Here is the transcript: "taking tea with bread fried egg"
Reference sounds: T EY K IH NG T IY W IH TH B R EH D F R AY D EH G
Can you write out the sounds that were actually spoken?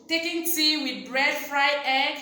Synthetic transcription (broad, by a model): T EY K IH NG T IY W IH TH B R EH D F R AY EH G